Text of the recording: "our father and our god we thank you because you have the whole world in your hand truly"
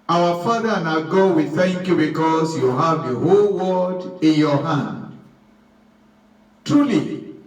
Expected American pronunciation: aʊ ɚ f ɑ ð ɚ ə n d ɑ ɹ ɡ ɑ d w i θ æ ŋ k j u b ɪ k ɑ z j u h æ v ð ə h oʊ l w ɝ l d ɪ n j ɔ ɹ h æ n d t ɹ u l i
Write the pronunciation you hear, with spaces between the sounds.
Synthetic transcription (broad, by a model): aʊ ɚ f ɑ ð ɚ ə n ɑ ɡ ɑ d w i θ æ ŋ k j u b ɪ k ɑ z j u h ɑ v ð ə h oʊ l w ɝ d ɪ n j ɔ h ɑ n d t ɹ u l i